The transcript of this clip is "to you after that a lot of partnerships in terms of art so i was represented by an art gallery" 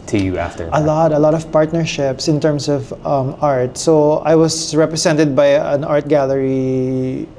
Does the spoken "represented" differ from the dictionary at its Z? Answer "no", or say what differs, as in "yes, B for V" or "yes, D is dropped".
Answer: yes, S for Z